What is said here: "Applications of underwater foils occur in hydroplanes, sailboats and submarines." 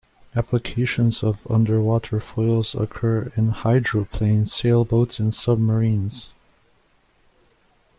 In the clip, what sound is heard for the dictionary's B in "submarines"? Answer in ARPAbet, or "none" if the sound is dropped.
B